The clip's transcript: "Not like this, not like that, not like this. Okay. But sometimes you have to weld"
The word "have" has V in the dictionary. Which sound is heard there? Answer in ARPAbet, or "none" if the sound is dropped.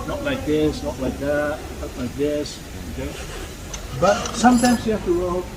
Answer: F